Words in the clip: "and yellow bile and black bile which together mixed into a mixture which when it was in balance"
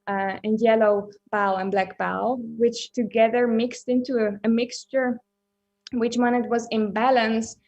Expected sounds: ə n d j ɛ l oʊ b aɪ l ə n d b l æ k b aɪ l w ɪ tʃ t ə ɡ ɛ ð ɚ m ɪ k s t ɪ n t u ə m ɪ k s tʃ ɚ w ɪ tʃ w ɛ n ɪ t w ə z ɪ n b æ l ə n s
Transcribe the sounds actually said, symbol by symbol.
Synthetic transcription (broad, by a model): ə n j ɛ l oʊ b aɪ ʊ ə n b l æ k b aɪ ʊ w ɪ tʃ t ə ɡ ɛ ð ɚ m ɪ k s t ɪ n t u ə m ɪ k s tʃ ɚ w ɪ tʃ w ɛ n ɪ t w ə z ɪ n b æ l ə n s